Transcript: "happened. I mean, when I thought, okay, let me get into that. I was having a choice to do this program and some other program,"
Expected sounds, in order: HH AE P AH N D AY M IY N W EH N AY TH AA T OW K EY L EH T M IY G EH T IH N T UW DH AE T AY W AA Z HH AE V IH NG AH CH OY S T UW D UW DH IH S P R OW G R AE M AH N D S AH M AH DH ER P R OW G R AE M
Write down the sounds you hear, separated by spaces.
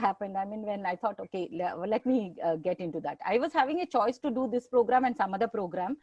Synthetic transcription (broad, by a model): HH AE P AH N D AY M IY N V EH N AY T AA T OW K EY L EH T M IY G EH T IH N T UW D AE T AY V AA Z HH AE V IH NG AH CH OY S T UW D UW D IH S P R OW G R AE M AH N D S AH M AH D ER P R OW G R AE M